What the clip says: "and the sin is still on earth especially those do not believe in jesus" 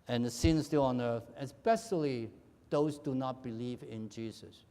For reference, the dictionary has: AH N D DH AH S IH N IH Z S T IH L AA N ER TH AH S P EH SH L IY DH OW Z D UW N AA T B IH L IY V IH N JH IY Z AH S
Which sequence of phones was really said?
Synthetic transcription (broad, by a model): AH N DH AH S IH N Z S T IH L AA N ER TH AH S P EH SH L IY DH OW Z D UW N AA T B IH L IY V IH N JH IY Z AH S